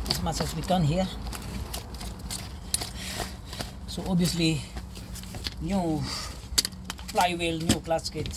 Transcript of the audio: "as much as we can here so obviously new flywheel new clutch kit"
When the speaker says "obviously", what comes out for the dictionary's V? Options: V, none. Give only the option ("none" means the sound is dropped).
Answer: none